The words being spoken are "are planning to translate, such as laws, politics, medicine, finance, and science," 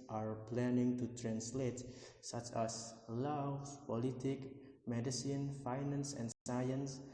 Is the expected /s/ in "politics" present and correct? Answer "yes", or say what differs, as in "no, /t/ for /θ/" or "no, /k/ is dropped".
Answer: no, /s/ is dropped